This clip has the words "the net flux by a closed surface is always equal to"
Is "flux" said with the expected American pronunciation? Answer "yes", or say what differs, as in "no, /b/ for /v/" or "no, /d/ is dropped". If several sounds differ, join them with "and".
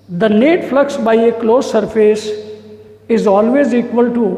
yes